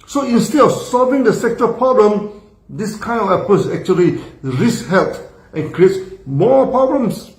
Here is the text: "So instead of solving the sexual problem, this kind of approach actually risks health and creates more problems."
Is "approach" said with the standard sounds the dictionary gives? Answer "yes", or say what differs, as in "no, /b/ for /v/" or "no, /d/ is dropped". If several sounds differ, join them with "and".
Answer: no, /ɹ/ is dropped and /s/ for /tʃ/